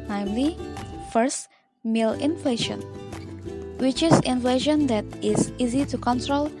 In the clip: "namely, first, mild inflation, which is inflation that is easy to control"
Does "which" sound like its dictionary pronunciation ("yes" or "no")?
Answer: yes